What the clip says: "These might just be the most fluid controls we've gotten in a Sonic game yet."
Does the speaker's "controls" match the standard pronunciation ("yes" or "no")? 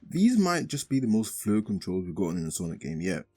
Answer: yes